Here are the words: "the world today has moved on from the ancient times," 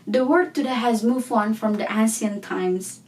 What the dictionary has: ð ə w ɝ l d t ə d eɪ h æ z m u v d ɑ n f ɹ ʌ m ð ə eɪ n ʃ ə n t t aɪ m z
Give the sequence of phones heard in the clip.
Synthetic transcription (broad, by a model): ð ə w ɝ d t ə d eɪ h æ z m u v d ɑ n f ɹ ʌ m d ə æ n s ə n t t aɪ m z